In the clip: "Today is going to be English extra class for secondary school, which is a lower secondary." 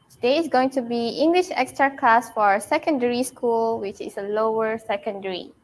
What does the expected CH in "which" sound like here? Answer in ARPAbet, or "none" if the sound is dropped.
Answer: CH